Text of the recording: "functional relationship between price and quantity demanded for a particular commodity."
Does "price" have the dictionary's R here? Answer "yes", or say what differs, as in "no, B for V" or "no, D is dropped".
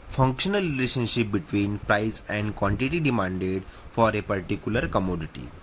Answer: yes